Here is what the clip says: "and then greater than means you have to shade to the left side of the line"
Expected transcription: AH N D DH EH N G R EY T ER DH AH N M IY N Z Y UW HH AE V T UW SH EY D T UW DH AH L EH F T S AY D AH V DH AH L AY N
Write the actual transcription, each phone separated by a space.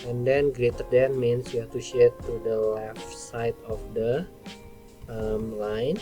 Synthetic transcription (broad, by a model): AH N D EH N G R EY T ER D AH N M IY N S Y UW HH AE F T UW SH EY T UW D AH L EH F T S AY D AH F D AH L AY N